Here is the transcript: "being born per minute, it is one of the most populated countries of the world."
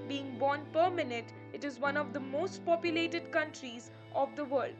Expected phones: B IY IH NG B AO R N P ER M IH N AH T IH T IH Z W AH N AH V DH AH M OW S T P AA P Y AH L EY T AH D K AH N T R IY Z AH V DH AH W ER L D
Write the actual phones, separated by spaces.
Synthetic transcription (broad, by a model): B IY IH NG B AO N P ER M IH N AH T IH T IH Z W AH N AH V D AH M OW S T P AA P Y AH L EY T AH D K AH N T R IY Z AH V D AH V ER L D